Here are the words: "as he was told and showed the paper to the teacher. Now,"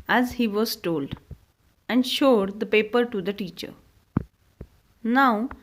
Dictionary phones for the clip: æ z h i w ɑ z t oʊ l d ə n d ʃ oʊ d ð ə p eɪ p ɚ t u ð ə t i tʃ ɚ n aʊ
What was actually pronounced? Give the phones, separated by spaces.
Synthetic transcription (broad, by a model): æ z h i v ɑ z t oʊ l d ə n d ʃ oʊ d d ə p eɪ p ɚ t u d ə t i tʃ ɚ n aʊ